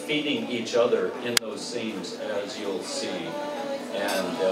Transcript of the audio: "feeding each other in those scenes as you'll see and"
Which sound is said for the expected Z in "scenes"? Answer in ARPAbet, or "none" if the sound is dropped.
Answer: Z